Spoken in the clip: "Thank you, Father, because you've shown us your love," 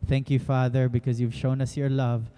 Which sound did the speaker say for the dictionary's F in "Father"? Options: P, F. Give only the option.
F